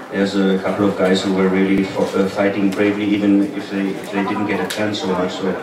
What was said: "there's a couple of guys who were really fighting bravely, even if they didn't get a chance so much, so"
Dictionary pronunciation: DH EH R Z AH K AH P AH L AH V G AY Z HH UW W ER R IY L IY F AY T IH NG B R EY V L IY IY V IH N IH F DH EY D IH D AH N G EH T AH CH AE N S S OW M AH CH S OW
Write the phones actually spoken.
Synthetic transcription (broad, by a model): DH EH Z AH K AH P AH L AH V G AY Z HH UW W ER L IY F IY F AY T IH NG B R EY V L IY IY V IH N IH F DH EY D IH D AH N G EH T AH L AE N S S OW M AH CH S OW